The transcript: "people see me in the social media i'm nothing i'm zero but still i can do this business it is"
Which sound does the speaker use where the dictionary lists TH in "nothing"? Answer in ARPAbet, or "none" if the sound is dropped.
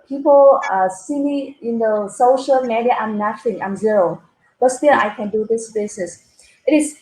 T